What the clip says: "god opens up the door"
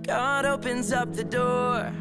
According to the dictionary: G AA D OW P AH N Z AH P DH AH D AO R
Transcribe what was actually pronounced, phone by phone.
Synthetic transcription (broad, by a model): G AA D OW P AH N Z AH P DH AH D AO R